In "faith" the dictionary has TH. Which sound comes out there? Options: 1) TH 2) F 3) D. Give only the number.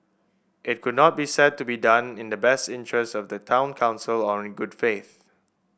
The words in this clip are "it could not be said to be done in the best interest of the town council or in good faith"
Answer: 1